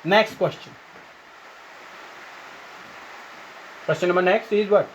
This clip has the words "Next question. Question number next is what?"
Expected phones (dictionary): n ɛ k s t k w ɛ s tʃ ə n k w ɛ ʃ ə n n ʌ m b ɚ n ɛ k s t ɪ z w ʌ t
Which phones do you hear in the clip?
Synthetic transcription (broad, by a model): n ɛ k s t k w ɛ s tʃ ə n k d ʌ s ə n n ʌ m ɚ n ɛ k s t ɪ z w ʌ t